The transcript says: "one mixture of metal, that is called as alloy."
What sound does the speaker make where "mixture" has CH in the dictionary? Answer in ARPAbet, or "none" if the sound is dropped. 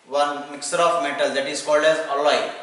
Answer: none